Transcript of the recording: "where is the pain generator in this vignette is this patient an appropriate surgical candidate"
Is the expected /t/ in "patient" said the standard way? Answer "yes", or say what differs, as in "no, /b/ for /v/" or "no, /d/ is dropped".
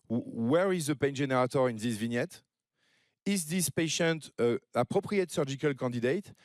yes